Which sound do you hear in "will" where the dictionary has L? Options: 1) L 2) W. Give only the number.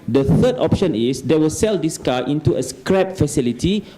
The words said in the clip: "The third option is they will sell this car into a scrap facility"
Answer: 1